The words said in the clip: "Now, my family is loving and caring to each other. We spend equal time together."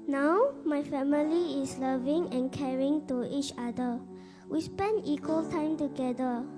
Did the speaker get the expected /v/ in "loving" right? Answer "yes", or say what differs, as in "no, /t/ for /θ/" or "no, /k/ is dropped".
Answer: yes